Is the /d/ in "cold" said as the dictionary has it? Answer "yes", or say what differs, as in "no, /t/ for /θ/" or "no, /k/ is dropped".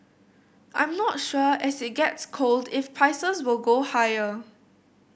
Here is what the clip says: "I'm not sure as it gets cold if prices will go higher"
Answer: yes